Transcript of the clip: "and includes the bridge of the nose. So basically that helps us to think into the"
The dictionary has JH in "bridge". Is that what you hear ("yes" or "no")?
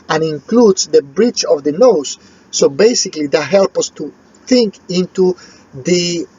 no